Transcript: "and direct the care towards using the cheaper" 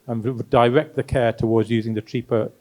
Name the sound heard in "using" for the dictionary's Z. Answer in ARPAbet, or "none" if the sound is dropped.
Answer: Z